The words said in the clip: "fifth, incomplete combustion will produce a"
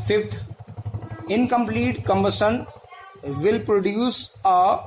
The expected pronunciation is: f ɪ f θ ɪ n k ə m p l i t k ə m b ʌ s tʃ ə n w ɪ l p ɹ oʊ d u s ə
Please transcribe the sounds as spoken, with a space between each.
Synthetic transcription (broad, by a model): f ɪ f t ɪ n k ə m p l i t k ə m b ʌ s ə n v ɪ l p ɹ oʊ d u s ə